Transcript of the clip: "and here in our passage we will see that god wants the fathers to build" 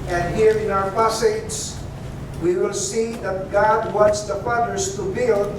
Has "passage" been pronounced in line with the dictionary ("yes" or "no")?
no